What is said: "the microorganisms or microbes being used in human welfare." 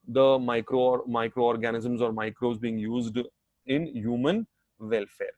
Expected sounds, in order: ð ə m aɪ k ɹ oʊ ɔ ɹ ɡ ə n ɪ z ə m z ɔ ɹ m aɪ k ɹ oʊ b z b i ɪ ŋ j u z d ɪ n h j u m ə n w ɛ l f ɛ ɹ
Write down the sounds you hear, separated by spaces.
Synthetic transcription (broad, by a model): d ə m aɪ k ɹ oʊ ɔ ɹ ɡ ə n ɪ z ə m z ɔ ɹ m aɪ k ɹ oʊ z b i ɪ ŋ j u z d ɪ n h j u m ə n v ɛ l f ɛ ɹ